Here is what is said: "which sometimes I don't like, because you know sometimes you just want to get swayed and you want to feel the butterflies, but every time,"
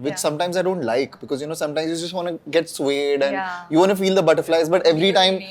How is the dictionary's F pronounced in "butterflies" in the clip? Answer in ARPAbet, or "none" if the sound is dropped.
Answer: F